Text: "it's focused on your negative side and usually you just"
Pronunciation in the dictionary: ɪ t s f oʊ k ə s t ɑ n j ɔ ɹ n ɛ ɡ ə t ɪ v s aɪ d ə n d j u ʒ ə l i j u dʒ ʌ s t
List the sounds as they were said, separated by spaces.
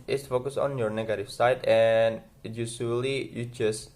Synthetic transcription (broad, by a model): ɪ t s f oʊ k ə s ɑ n j ɔ ɹ n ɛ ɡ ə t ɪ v s aɪ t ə n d j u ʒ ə l i j u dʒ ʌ s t